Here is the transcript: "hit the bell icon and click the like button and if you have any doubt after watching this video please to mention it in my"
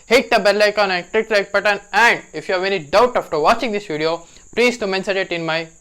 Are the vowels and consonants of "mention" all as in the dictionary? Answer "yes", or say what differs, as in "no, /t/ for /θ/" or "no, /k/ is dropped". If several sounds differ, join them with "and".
no, /s/ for /ʃ/